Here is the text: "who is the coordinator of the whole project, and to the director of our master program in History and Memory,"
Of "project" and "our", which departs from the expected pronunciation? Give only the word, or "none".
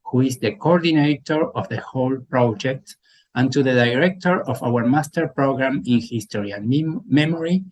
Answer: none